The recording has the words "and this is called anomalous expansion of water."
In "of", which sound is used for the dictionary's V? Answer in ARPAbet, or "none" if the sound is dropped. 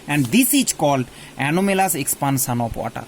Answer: P